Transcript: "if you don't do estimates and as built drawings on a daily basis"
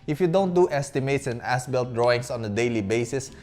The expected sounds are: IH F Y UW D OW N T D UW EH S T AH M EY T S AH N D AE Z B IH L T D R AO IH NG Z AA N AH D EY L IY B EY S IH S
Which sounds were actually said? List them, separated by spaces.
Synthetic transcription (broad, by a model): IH F Y UW D OW N T D UW EH S T AH M EY T S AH N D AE S B IH L T D R AO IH NG S AA N AH D EY L IY B EY S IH S